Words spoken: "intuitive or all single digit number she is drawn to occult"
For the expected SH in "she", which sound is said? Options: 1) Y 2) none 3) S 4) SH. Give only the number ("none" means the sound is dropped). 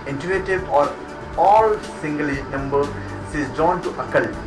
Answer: 3